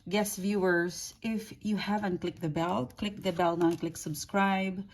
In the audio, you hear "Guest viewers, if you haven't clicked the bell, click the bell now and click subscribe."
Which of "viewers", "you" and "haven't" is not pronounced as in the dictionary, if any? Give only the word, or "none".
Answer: viewers